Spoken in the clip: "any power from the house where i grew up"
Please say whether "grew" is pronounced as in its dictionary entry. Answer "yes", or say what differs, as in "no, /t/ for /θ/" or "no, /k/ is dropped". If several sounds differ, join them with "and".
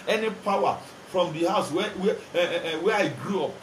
yes